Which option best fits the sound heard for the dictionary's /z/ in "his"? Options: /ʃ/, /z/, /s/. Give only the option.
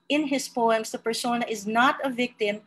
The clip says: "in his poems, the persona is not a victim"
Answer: /s/